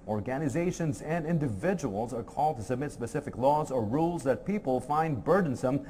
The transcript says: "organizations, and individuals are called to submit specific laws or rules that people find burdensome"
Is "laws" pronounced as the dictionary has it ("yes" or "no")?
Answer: yes